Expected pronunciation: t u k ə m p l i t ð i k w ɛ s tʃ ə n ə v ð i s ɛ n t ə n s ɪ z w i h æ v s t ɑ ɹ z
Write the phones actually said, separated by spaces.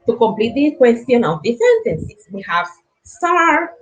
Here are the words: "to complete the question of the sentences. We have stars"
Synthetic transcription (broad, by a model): t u k ə m p l i t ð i k w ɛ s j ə n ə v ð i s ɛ n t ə n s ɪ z w i h æ v s t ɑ ɹ